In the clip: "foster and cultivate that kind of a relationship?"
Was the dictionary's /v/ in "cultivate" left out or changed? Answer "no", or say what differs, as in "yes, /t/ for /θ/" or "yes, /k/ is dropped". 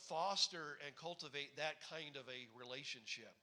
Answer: no